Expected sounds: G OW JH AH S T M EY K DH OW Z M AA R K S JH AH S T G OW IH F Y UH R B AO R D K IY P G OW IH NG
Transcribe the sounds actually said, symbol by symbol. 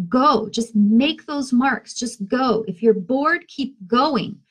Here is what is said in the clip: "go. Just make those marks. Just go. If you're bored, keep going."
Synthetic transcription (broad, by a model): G OW JH AH S T M EY K DH OW Z M AA R K S JH AH S T G OW IH F Y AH R B AO R D K IY P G OW IH NG